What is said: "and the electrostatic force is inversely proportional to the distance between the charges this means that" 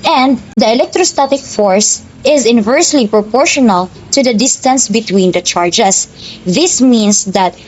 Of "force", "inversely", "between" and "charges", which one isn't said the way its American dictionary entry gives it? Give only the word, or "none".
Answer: charges